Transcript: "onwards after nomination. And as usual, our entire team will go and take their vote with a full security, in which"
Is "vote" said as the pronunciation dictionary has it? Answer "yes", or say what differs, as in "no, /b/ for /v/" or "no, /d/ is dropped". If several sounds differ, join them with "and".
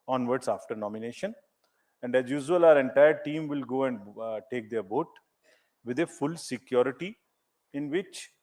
no, /b/ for /v/